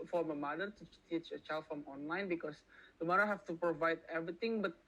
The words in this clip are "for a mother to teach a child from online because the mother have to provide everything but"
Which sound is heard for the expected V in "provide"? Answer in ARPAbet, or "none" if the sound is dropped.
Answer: V